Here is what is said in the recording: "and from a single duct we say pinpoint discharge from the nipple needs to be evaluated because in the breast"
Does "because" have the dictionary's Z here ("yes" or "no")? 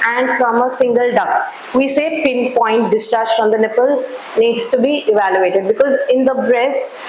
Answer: yes